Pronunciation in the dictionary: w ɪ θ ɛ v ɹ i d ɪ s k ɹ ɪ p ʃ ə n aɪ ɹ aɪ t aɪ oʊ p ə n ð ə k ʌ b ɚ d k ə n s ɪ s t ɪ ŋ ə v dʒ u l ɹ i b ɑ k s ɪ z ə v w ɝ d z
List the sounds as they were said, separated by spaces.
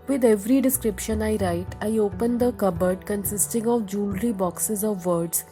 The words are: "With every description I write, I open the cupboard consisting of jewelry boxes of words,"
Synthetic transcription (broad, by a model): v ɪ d ɛ v ɹ i d ɪ s k ɹ ɪ p ʃ ə n aɪ ɹ aɪ t aɪ oʊ p ə n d ə k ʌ b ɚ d k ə n s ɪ s t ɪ ŋ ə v dʒ u l ɹ i b ɑ k s ɪ z ə v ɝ d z